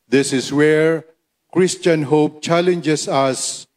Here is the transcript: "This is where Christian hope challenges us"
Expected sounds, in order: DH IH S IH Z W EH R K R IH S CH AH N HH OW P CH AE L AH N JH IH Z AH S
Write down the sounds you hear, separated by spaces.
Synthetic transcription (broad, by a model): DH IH S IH S W EH R K R IH S CH AH N HH OW P CH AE L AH N JH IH S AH S